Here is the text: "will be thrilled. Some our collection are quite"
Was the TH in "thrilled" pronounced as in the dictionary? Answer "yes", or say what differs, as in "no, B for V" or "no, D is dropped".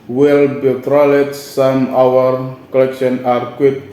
no, T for TH